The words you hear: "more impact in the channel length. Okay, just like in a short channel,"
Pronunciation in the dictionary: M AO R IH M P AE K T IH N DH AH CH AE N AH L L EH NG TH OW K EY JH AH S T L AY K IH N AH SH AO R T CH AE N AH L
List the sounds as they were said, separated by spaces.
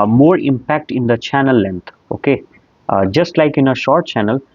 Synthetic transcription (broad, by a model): M AO R IH M P AE K T IH N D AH CH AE N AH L L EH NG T OW K EY JH AH S T L AY K IH N AH SH AO R T CH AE N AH L